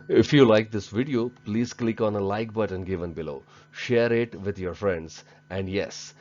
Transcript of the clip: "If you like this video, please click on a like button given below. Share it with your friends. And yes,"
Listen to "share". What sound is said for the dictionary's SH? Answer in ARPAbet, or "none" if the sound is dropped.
SH